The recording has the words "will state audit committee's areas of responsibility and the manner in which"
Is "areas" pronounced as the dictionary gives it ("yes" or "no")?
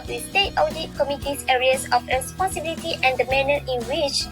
no